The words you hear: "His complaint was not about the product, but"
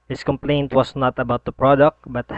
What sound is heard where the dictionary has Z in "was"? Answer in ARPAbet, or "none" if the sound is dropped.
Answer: S